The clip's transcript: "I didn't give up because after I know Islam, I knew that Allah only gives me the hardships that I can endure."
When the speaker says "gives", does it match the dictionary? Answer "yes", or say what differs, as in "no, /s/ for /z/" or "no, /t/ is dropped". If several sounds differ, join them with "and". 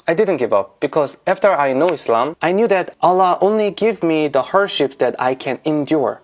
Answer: no, /z/ is dropped